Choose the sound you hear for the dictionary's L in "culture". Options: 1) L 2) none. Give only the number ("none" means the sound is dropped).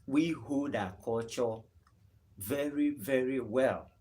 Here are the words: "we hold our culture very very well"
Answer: 2